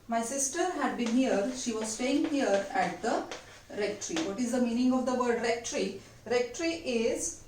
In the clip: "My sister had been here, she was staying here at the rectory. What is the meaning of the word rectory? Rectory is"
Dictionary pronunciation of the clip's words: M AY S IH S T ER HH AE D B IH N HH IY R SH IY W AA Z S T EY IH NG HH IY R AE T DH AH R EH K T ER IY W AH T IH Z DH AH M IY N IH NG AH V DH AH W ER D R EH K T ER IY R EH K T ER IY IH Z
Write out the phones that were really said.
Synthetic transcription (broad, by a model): M AY S IH S T ER HH AE D B IH N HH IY R SH IY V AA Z S T EY IH NG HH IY R AE T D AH R EH K T ER IY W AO T IH Z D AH M IY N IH NG AH V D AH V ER D R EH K T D IY R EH K T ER IY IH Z